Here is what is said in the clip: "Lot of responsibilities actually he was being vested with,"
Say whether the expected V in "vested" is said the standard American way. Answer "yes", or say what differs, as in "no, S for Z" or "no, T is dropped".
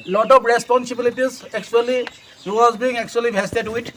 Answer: no, B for V